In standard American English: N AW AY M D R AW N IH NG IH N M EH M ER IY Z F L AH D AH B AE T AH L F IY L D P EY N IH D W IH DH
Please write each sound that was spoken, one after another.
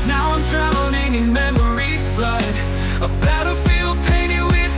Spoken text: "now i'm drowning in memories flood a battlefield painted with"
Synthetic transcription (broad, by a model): N AW AY M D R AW L IH NG IH N M EH M ER IY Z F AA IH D AH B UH T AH F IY L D P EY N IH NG W IH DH